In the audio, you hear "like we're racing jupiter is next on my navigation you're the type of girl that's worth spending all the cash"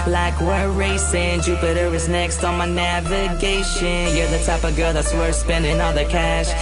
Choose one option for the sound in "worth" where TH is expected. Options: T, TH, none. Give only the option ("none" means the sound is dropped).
T